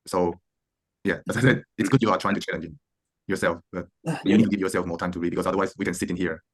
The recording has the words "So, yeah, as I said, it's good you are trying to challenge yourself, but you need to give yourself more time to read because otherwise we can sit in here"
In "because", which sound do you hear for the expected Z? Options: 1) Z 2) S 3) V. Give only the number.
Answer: 2